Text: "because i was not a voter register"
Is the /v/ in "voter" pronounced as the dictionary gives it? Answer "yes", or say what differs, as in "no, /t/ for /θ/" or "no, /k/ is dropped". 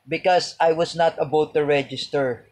no, /b/ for /v/